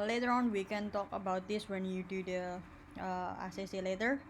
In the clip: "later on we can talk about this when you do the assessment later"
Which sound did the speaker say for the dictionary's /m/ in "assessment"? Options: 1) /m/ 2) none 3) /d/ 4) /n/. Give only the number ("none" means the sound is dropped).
2